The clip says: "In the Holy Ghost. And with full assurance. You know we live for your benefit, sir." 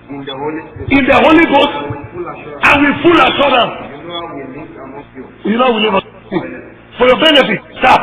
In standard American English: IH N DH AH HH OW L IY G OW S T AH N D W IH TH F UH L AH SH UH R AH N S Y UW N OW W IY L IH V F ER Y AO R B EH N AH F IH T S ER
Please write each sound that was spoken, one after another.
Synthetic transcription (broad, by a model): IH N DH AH HH OW L IY G OW S T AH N W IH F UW L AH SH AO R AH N Y UW N OW W IY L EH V F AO Y AO B EH N AH F IH T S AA